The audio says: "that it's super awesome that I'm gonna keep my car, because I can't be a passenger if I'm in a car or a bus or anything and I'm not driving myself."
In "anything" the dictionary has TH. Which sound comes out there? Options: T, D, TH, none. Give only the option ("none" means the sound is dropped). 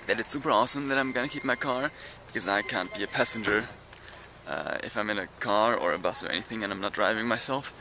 TH